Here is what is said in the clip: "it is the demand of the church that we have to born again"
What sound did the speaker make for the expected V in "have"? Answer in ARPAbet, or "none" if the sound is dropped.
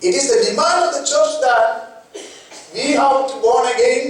W